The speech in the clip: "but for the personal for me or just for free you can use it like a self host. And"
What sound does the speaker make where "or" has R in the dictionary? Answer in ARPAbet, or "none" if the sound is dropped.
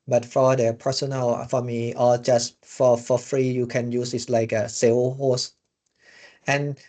L